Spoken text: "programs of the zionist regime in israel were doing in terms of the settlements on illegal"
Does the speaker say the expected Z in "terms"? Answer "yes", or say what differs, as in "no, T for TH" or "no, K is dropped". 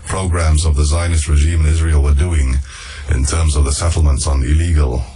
yes